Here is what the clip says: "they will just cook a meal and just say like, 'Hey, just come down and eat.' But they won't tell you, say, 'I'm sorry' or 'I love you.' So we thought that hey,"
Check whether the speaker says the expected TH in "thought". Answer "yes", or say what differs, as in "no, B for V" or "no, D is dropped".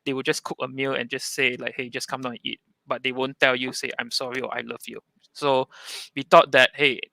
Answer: no, T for TH